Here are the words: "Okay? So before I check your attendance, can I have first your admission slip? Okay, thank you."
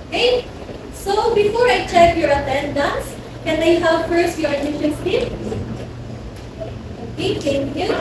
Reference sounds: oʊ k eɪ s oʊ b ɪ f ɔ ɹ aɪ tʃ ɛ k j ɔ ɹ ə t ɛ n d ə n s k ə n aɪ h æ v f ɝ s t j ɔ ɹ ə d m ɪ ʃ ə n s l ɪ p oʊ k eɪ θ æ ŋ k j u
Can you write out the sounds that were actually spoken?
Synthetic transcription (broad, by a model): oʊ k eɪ s oʊ b ɪ f ɔ ɹ aɪ tʃ ɛ k j ɔ ɹ ə t ɛ n d ə n s k ə n aɪ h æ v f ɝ s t j ɔ ɹ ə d ɪ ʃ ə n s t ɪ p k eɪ t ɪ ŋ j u